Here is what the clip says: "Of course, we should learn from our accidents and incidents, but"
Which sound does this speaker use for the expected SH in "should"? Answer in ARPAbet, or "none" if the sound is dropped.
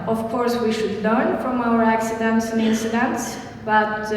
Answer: SH